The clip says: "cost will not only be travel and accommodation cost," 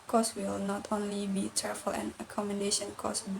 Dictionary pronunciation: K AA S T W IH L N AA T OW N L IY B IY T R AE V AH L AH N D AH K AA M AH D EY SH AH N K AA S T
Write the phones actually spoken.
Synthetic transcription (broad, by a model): K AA S W IH L N AA T OW N L IY B IY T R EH F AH L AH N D AH K AA M AH D EY SH AH N K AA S